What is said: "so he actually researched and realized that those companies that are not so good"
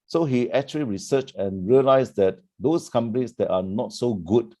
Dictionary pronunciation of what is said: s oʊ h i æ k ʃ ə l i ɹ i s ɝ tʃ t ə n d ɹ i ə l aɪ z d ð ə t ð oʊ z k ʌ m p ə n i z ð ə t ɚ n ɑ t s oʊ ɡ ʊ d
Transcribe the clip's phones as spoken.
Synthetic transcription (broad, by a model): s oʊ h i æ k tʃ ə l i ɹ i s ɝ tʃ ə n ɹ i ə l aɪ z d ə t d oʊ s k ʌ m p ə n i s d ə t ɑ n ɑ t s oʊ ɡ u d